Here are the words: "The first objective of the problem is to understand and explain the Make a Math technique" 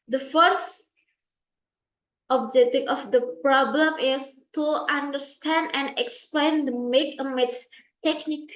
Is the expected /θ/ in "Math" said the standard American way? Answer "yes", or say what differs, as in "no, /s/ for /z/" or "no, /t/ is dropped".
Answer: no, /s/ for /θ/